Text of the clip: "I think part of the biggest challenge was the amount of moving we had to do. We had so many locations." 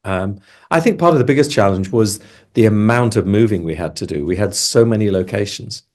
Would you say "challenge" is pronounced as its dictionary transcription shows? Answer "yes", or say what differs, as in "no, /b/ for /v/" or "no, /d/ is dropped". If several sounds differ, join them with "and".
yes